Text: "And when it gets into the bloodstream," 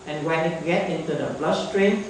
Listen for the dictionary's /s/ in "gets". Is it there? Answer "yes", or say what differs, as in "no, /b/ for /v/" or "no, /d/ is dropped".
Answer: no, /s/ is dropped